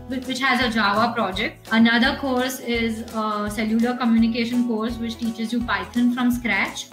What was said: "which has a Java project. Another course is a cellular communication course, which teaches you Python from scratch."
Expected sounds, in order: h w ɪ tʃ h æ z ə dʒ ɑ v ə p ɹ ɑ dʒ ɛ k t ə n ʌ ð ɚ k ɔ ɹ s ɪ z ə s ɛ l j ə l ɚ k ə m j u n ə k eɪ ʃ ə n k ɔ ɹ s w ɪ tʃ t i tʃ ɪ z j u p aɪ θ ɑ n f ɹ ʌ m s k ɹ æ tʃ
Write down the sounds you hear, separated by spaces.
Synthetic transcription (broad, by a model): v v ɪ tʃ h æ z ə dʒ ɑ v ə p ɹ ɑ dʒ ɛ k t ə n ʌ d ɚ k ɔ ɹ s ɪ z ə s ɛ l j ə l ɚ k ə m j u n ə k eɪ ʃ ə n k ɔ ɹ s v ɪ tʃ t i tʃ ɪ z j u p aɪ t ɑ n f ɹ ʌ m s k ɹ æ tʃ